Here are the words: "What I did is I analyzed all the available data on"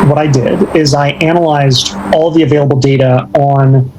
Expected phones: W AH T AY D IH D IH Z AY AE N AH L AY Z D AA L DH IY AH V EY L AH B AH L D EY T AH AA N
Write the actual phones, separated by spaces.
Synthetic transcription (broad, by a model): W AH T AY D IH D IH Z AY AE N AH L AY Z D AA L DH IY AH V EY L AH B L D EY T AH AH N